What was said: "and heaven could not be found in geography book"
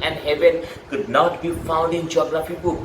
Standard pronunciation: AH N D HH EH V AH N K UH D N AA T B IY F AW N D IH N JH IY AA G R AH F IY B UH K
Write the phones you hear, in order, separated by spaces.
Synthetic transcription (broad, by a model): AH N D HH EH V AH N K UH D N AA T B IY F AW N D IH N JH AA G L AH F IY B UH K